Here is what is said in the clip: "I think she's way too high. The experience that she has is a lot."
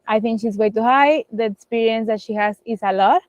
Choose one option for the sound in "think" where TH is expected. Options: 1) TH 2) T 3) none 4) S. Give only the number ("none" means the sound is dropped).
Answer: 2